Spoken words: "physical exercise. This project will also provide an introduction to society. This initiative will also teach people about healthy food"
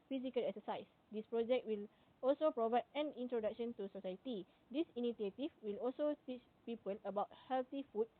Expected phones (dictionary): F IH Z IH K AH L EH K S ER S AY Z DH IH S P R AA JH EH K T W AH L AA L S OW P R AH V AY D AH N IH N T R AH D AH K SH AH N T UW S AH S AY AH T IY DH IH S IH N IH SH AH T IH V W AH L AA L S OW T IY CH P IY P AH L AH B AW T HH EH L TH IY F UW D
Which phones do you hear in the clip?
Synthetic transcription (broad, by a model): F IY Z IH K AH L EH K S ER S AY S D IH S P R AA JH EH K T W AH L AA L S OW P R AH V AY D AH N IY N T R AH D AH K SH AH N T UW S AH S AY AH T IY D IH S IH N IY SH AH T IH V W AH L AA L S OW T IY CH P IY P AH L AH B AW T HH EH L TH IY F UW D